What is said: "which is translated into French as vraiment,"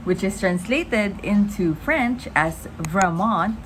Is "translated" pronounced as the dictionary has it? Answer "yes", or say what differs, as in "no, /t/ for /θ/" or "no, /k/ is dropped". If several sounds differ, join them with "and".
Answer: yes